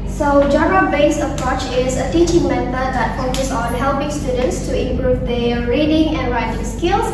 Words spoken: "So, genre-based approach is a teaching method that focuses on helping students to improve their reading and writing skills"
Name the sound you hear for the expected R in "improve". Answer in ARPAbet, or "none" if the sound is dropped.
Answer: R